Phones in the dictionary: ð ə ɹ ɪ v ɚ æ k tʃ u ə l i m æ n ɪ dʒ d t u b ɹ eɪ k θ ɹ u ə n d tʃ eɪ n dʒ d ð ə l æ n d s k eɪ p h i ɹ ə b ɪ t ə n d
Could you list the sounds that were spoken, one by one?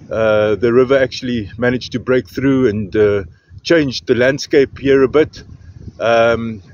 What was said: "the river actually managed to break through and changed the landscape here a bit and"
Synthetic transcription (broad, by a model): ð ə ɹ ɪ v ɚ æ k tʃ u ə l i m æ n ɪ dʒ t u b ɹ eɪ k θ ɹ u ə n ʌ tʃ eɪ n dʒ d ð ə l æ n d s k eɪ p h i ɹ ə b ɪ t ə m